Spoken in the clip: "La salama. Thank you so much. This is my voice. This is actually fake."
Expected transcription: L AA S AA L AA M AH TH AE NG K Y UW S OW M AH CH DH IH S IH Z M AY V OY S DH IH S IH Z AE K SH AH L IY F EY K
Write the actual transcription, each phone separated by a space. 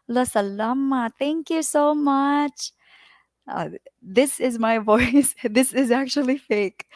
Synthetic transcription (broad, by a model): L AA S AA L AA M AH T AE NG K Y UW S OW M AH CH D IH S IH Z M AY V OY S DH IH S IH Z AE K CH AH L IY F EY K